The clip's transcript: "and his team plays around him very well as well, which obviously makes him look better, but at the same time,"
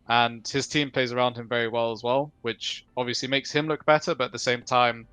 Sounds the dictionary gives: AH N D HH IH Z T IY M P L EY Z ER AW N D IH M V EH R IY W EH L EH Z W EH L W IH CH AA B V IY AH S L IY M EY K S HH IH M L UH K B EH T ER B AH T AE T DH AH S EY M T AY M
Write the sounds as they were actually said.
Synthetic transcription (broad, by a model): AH N HH IH Z T IY M P L EY Z ER AW N D IH M V EH R IY W EH L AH Z W EH L W IH CH AA B V IY AH S L IY M EY K S HH IH M L UH K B EH T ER B AH T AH T DH AH S EY M T AY M